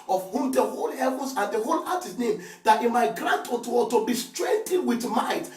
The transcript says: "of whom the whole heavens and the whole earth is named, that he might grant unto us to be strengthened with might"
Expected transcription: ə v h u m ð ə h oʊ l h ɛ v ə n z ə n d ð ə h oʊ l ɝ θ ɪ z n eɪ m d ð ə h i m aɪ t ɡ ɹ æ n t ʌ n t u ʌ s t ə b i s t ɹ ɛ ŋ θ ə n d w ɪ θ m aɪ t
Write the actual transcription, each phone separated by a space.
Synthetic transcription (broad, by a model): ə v h u m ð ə h oʊ l h ɛ v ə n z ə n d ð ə h oʊ l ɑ t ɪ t n eɪ m d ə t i m aɪ t ɡ ɹ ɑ n t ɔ t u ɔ t ə b i s t ɹ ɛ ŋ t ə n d w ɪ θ m aɪ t